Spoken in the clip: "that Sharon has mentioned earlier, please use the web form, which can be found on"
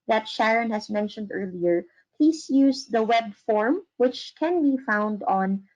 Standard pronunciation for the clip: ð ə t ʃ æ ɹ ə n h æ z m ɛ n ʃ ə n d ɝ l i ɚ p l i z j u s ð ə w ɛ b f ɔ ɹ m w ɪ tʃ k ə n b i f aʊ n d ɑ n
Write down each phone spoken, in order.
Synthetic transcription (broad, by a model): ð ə t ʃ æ ɹ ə n h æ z m ɛ n ʃ ə n d ɝ l i ɚ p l i s j u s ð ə w ɛ b f ɔ ɹ m w ɪ tʃ k ə n b i f aʊ n d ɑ n